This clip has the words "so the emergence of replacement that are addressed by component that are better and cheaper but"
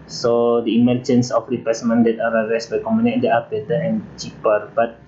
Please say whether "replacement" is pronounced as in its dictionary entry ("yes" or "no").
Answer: no